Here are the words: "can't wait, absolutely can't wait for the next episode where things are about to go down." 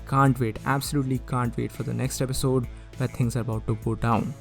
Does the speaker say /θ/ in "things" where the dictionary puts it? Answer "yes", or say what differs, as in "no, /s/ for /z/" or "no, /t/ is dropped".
no, /t/ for /θ/